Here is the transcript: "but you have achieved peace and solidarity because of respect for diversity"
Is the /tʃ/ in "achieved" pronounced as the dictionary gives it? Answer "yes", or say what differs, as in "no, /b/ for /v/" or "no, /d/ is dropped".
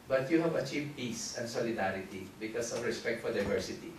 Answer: yes